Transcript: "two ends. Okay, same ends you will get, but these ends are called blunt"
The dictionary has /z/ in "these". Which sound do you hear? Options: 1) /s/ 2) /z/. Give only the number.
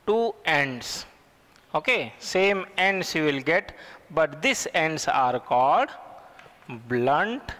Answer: 1